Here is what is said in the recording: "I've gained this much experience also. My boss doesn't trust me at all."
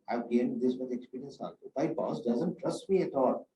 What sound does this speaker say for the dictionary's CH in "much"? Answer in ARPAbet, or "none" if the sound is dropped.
none